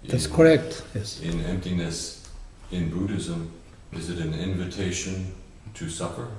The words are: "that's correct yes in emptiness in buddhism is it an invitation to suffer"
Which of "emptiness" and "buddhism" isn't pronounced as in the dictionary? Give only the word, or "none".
none